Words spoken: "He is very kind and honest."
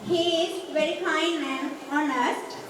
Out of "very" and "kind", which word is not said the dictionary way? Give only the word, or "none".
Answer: kind